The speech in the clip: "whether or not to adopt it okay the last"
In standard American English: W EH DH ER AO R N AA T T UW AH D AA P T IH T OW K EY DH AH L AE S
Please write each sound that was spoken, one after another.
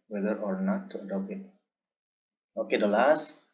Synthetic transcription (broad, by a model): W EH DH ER AO R N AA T T UW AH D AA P IH T OW K EY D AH L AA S